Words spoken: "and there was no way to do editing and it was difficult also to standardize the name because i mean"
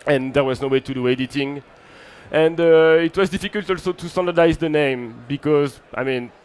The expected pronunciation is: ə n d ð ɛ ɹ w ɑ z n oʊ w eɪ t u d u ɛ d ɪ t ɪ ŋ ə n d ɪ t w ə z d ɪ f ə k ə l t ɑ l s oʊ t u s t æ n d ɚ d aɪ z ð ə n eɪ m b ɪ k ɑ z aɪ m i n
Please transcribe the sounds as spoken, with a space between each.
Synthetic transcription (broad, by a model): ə n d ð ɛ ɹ w ɑ z n oʊ w eɪ t u d u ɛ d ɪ t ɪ ŋ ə n d ɪ t w ə z d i f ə k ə l t ɑ l s oʊ t u s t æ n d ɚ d aɪ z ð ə n eɪ m b ɪ k ɑ z aɪ m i n